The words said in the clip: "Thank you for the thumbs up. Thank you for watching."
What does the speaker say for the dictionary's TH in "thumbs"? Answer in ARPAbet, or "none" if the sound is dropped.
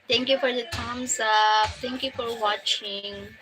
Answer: T